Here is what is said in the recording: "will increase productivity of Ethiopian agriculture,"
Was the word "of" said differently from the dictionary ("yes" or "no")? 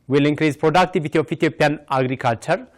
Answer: yes